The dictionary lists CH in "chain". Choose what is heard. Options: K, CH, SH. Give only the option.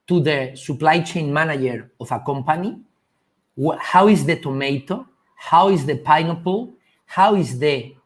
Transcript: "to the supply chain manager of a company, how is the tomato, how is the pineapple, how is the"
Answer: CH